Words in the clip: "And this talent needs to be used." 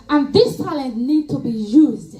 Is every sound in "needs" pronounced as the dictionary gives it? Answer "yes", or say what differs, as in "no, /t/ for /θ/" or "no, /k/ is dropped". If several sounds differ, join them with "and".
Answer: no, /z/ is dropped